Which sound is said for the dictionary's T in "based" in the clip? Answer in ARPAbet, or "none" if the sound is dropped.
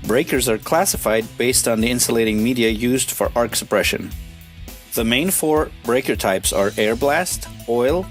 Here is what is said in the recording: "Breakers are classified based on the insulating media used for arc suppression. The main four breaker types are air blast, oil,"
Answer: T